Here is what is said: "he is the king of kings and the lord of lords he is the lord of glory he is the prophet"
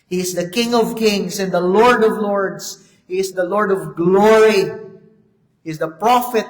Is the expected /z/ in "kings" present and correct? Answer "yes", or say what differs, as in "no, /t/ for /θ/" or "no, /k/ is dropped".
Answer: no, /s/ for /z/